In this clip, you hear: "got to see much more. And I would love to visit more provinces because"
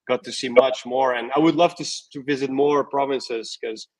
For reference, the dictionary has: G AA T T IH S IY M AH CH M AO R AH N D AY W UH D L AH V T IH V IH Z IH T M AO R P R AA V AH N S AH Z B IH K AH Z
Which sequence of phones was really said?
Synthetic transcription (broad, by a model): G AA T T IH S IY M AH CH M AO R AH N AY W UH D L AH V T IH V IH Z IH T M AO R P R AA V AH N S AH Z K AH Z